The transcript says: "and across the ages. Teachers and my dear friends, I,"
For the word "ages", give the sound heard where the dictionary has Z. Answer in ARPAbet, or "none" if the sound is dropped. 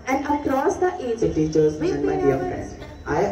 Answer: none